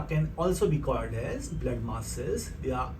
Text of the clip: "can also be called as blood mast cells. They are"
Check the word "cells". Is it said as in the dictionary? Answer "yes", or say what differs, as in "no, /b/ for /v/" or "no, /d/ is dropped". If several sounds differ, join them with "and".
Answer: no, /l/ is dropped